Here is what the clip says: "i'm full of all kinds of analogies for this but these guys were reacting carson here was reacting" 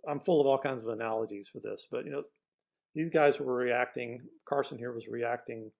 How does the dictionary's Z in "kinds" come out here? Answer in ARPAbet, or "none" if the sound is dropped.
Z